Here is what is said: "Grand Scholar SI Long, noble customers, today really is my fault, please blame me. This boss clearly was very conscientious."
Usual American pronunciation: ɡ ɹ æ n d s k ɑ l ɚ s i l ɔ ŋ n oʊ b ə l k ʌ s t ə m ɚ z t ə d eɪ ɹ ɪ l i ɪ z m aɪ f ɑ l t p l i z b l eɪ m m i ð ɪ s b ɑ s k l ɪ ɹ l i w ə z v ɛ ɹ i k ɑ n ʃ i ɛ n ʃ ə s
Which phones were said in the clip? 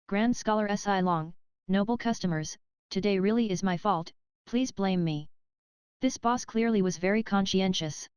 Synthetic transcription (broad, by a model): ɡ ɹ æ n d s k ɑ l ɚ s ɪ l ɔ ŋ n oʊ b l k ʌ s t ə m ɚ z t ə d eɪ ɹ ɪ l i ɪ z m aɪ f ɑ l t p l i z b l eɪ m m i ð ɪ s b ɑ s k l ɪ ɹ l i w ə z v ɛ ɹ i k ɑ n ʃ i ɛ n ʃ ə s